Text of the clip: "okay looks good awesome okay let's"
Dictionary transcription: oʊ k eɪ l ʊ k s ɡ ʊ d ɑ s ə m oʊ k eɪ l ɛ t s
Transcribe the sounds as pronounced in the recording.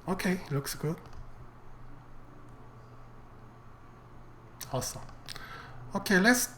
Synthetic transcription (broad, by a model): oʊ k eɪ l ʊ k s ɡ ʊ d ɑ s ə oʊ k eɪ l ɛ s